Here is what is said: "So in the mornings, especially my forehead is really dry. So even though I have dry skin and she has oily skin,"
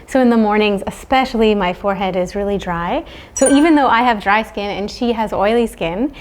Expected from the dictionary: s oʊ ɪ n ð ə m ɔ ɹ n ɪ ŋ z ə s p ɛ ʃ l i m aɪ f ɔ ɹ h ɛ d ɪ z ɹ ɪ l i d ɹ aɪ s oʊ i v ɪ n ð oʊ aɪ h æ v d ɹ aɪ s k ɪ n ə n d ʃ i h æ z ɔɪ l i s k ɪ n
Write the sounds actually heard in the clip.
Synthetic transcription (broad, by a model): s oʊ ɪ n ð ə m ɔ ɹ n ɪ ŋ z ə s p ɛ ʃ l i m aɪ f ɔ ɹ h ɛ d ɪ z ɹ ɪ l i d ɹ aɪ s oʊ i v ɪ n ð oʊ aɪ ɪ v d ɹ aɪ s k ɪ n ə n ʃ i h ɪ z ɔɪ l i s k ɪ n